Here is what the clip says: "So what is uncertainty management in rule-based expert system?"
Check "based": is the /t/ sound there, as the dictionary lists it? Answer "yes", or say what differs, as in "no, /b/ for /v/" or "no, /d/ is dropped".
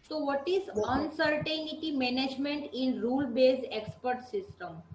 no, /t/ is dropped